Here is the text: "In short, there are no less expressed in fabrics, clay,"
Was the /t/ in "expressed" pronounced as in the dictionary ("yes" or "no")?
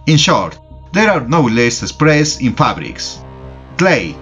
no